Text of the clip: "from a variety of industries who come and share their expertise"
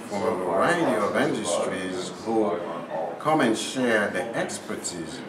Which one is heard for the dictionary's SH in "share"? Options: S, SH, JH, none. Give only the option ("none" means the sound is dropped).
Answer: SH